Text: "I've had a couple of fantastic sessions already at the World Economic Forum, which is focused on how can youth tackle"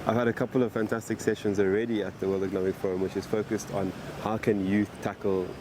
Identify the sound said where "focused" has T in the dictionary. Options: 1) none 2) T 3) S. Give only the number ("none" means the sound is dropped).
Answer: 2